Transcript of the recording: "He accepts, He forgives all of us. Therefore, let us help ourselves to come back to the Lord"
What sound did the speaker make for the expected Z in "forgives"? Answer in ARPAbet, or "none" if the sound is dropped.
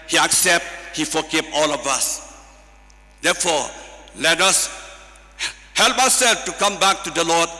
none